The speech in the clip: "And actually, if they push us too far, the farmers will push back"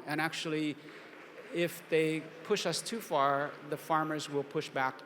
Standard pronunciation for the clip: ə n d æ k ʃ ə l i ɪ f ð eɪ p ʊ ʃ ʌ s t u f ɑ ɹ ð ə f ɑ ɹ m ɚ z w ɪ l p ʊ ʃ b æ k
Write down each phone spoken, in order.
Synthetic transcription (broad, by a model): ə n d æ k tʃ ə l i ɪ f ð eɪ p ʊ ʃ ʌ s t u f ɑ ɹ ð ə f ɑ ɹ m ɚ z w ɪ l p ʊ ʃ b æ k